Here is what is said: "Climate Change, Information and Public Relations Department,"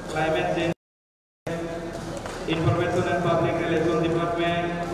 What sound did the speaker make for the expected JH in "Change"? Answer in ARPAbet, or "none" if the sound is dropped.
none